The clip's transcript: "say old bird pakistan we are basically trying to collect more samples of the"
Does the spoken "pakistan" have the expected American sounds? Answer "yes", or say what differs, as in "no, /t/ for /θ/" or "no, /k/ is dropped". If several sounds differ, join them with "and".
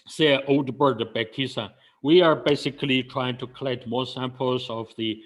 no, /b/ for /p/